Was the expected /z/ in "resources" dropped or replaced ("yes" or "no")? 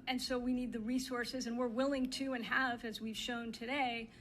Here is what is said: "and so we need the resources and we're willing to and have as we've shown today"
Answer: no